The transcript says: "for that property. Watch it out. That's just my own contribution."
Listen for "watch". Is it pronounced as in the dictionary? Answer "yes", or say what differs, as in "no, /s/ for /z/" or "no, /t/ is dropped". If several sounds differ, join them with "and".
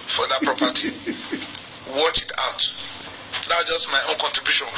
yes